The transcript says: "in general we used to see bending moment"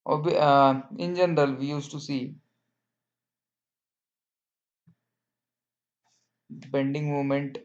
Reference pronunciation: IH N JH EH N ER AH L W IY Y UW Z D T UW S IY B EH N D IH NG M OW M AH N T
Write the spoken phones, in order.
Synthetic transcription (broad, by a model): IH N JH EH N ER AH L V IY Y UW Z T UW S IY B EH N D IH NG M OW M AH N T